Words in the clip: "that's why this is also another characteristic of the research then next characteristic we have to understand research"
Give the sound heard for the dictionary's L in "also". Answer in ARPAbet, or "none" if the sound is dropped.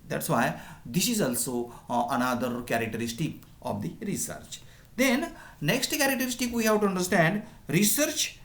L